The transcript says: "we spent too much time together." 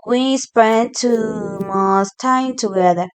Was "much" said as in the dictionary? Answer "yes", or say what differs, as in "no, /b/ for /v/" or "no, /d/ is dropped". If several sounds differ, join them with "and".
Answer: no, /s/ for /tʃ/